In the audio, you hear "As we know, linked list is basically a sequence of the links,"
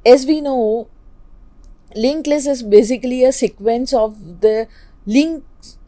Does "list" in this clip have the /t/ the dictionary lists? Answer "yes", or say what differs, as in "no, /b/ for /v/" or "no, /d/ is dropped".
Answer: no, /t/ is dropped